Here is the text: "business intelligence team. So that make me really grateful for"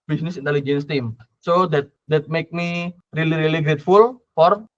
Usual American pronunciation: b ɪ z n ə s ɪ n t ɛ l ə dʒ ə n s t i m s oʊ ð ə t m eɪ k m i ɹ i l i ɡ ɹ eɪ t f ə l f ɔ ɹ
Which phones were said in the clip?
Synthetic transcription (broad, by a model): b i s n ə s ɪ n t ɛ l ə dʒ ə n s t i m s oʊ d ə t m eɪ k m i ɹ i l i ɡ ɹ eɪ t f ə l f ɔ ɹ